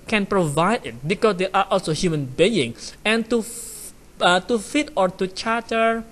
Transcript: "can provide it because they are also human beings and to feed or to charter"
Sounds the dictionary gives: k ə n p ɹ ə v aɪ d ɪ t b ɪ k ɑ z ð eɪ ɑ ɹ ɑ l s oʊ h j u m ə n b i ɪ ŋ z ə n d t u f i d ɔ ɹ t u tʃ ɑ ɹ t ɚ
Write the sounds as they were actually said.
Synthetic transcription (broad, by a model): k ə n p ɹ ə v aɪ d ɪ t b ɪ k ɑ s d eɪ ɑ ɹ ɑ l s oʊ h j u m ə n b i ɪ ŋ ə n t t u f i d ɔ ɹ t u tʃ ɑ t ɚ